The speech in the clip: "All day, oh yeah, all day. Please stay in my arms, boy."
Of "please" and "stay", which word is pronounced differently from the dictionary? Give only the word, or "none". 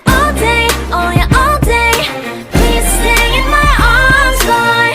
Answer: please